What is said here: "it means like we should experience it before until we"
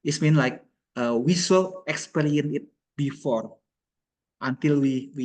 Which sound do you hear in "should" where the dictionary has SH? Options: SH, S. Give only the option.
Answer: S